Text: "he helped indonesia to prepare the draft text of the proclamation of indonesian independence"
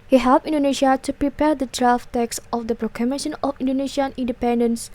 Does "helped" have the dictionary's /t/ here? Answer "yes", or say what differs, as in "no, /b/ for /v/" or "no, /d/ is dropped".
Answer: no, /t/ is dropped